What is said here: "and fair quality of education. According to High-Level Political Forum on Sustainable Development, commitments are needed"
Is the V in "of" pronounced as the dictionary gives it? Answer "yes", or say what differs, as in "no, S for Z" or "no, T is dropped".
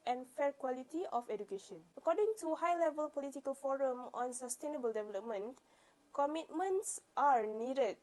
no, F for V